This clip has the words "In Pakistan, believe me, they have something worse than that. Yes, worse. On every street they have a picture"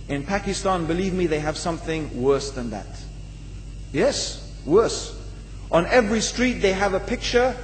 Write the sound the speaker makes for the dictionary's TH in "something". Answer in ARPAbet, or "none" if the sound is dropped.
TH